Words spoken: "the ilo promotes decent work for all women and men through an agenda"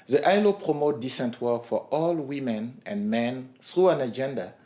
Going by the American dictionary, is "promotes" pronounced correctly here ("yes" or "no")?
no